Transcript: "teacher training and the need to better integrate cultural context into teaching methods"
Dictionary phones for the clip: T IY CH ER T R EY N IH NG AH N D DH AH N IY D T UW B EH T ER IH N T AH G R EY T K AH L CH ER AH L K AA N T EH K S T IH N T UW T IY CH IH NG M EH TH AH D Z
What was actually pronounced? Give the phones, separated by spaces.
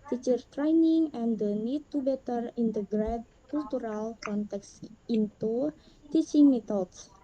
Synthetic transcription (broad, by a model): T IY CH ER T R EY N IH NG AH N D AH N IY D T UW B EH T ER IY N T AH G R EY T K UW L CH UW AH L K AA N T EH K S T IH N T UW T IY S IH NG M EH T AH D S